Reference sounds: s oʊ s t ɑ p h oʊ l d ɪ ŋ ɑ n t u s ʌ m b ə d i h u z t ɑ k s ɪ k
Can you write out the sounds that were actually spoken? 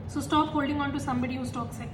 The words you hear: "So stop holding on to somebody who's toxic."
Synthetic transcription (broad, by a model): s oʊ s t ɑ p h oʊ l d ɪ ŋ ɑ n t u s ʌ m b ə d i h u s t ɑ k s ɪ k